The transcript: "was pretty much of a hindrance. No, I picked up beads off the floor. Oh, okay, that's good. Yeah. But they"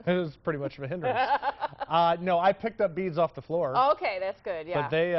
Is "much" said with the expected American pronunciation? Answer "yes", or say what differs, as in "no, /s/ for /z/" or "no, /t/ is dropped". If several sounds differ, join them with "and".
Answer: yes